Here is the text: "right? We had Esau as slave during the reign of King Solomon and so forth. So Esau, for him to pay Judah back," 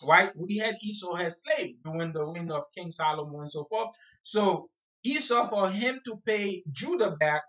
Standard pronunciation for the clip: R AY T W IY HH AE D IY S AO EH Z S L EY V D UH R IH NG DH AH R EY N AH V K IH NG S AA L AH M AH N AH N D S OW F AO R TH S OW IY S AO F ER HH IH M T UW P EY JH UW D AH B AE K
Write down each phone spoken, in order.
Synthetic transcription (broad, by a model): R AY T W IY HH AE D IY S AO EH S L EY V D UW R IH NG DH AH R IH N AH V K IH NG S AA L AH M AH AH N S OW F AO R TH S OW IY S AO F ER HH IH M T UW P EY JH UW D AH B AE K